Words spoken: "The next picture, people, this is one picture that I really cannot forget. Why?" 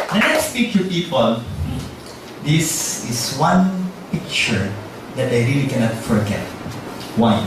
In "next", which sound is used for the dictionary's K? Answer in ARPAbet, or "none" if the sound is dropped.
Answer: none